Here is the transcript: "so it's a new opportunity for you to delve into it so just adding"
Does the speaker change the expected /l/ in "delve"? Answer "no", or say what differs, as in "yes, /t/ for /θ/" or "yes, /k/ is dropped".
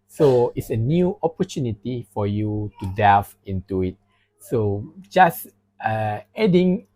yes, /l/ is dropped